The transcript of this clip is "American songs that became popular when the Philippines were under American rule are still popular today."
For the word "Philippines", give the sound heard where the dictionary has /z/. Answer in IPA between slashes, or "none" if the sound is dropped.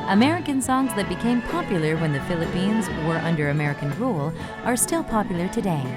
/z/